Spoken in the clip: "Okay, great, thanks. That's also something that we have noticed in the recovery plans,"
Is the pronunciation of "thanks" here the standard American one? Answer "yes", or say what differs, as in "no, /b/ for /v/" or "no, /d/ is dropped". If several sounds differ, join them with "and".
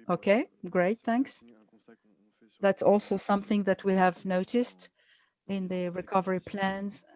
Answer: yes